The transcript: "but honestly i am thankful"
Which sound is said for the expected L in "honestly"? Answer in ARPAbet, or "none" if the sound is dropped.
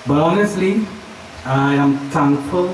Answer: L